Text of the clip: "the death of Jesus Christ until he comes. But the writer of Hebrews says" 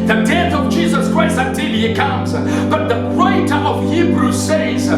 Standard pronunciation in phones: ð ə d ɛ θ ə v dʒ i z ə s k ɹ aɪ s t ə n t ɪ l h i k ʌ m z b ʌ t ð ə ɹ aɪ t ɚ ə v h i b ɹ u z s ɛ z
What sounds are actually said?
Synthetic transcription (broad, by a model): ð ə d ɛ θ ə v dʒ i z ə s k ɹ aɪ s t ə n t ɪ l h i k ʌ m z b ʌ t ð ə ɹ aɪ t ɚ ə v h i b ɹ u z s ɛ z